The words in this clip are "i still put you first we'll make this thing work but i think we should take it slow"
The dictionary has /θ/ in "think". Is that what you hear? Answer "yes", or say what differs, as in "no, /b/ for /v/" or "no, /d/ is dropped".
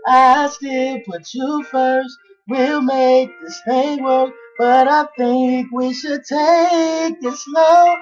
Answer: yes